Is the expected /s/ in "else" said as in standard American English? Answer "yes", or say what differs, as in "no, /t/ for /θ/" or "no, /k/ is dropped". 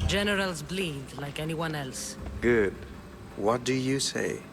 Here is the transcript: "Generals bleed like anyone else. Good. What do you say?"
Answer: yes